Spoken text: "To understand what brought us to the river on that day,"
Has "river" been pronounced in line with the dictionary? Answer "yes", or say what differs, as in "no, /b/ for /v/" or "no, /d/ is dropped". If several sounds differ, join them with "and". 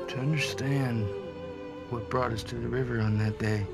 yes